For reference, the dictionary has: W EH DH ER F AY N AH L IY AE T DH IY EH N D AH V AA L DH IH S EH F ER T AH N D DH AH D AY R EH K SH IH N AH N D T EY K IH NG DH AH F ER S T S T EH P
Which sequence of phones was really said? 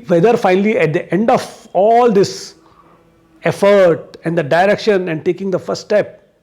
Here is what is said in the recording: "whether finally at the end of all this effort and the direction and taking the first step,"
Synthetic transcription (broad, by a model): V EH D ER F AY N AH L IY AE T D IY EH N D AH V AA L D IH S EH F ER T AH N D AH D AY R EH K SH IH N AH N D T EY K IH NG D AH F ER S T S T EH P